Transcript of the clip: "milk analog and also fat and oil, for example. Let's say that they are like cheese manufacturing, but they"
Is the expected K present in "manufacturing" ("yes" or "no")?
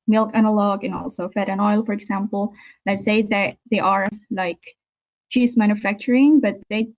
yes